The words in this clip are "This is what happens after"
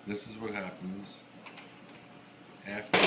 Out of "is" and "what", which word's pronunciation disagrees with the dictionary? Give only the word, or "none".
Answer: none